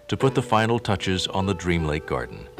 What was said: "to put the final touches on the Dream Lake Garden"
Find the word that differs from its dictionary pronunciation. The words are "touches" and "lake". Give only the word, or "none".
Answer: none